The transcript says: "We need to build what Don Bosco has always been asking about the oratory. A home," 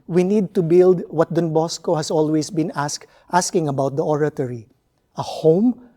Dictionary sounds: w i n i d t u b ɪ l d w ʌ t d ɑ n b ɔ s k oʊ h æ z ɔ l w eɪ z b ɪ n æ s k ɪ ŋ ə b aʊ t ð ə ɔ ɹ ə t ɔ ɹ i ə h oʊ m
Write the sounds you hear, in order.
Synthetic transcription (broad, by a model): w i n i d t u b ɪ l d w ʌ t d ɑ n b ɔ s k oʊ h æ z ɔ l w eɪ s b ɪ n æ s k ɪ ŋ ə b aʊ t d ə ɔ ɹ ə t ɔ ɹ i ə h oʊ m